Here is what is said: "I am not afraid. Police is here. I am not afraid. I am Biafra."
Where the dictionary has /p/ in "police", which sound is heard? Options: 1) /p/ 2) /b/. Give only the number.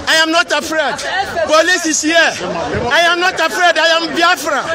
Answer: 2